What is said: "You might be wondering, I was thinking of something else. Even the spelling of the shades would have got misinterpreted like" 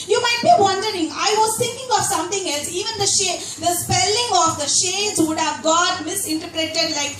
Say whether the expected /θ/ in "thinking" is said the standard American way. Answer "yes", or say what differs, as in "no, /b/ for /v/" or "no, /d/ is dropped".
no, /t/ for /θ/